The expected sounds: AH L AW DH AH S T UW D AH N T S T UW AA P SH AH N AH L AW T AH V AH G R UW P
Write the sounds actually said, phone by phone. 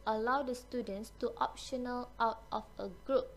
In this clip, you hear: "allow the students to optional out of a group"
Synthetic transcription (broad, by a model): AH L AW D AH S T UW D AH N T S T UW AA P SH AH N AH L AW T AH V AH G R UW P